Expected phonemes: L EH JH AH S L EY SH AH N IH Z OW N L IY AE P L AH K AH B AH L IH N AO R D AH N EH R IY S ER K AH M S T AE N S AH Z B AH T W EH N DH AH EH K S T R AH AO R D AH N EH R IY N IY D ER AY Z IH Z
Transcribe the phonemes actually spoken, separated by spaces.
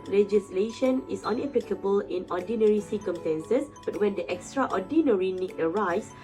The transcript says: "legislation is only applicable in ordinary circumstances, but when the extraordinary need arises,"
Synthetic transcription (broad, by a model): L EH JH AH S L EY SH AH N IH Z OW N IY P L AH K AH B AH L IH N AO D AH N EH R IY S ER K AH M S T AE N S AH S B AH T W EH N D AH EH K S T R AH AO D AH N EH R IY N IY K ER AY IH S